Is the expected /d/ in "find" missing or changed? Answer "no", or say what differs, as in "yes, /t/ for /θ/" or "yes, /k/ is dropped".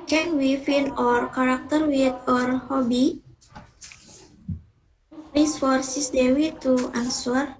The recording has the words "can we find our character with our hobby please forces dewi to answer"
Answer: yes, /d/ is dropped